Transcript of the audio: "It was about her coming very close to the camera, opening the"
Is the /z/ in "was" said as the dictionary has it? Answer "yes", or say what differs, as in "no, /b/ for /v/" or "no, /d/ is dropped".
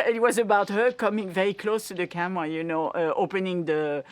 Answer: yes